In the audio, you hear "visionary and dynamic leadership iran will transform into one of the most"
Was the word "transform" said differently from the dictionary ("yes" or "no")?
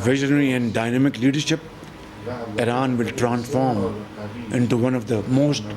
no